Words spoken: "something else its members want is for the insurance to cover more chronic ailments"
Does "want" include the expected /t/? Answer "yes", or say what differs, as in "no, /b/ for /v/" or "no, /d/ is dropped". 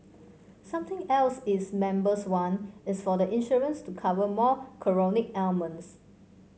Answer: no, /t/ is dropped